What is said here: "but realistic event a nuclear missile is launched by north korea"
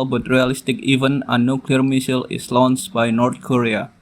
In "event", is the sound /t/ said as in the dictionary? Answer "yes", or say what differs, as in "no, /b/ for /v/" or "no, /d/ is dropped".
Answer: no, /t/ is dropped